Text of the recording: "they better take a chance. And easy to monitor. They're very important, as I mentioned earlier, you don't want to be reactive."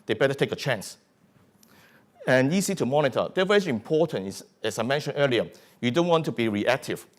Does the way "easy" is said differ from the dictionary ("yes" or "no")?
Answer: yes